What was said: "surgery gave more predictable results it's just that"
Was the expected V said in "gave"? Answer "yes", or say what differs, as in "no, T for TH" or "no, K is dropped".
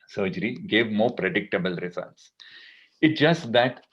yes